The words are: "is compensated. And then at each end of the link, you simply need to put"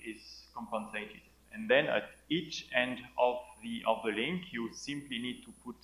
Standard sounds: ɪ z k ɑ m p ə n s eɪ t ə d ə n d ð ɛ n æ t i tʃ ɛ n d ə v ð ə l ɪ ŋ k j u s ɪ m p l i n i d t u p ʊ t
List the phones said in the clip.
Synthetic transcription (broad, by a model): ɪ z k ɑ m p ə n s eɪ t ə d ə n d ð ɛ n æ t i tʃ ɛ n d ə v ð ə l ɪ ŋ k j u s ɪ m p l i n i d t u p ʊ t